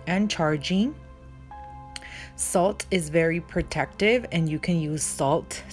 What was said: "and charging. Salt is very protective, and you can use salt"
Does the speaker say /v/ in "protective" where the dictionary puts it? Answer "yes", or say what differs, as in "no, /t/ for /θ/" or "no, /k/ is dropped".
yes